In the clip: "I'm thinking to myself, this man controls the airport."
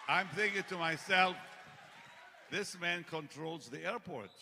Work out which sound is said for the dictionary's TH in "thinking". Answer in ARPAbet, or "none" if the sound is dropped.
TH